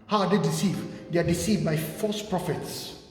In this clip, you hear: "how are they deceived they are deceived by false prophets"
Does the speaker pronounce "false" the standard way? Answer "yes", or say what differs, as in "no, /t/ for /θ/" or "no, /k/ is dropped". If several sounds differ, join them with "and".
no, /l/ is dropped